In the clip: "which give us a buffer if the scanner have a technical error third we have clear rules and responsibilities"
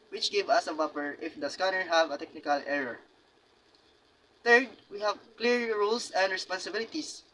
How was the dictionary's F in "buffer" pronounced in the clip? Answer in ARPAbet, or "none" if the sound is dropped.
P